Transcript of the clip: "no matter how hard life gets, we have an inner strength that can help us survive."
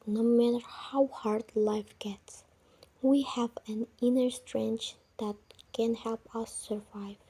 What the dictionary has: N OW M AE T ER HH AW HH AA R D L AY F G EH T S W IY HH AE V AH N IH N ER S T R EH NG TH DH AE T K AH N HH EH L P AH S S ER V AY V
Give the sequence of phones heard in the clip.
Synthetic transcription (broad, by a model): N OW M AE T ER HH AW HH AA R D L AY F G EH T S W IY HH AE V AH N IH N ER S T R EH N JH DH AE T K AH N HH EH L P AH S S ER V AY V